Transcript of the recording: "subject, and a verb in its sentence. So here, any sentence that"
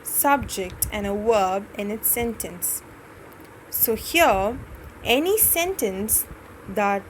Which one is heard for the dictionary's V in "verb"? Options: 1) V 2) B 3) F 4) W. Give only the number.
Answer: 4